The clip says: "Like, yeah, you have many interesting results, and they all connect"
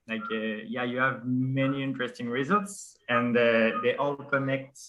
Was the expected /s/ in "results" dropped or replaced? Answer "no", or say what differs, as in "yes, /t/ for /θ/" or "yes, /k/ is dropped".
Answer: no